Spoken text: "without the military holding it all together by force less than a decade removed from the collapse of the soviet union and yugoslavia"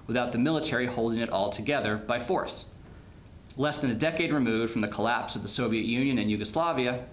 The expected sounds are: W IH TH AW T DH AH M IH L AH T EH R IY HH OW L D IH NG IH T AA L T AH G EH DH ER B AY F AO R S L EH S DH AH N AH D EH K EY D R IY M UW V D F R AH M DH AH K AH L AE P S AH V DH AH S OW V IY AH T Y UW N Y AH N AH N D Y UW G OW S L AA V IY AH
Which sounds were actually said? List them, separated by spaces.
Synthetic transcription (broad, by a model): W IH TH AW T DH AH M IH L AH T EH R IY HH OW L D IH NG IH T AA L T AH G EH DH ER B AY F AO R S L EH S DH AH N AH D EH K EY D R IY M UW V D F R AH M DH AH K AH L AE P S AH V DH AH S OW V IY AH T Y UW N Y AH N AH N Y UW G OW S L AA V IY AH